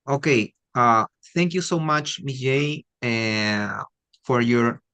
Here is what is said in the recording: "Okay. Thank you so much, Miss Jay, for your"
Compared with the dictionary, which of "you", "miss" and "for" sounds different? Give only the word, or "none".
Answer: miss